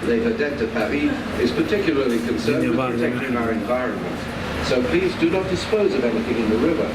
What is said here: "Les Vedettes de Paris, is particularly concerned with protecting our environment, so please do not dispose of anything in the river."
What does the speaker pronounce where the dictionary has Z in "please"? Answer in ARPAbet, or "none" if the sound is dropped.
Z